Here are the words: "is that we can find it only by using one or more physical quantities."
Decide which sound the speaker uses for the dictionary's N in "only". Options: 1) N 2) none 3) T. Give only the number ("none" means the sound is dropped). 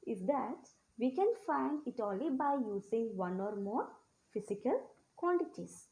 2